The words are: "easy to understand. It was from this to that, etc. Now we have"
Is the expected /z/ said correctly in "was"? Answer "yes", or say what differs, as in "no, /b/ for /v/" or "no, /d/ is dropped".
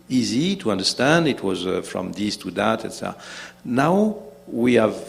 yes